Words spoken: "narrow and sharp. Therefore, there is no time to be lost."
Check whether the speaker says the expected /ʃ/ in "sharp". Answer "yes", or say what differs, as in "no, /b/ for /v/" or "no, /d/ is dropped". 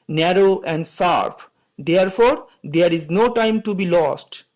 no, /s/ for /ʃ/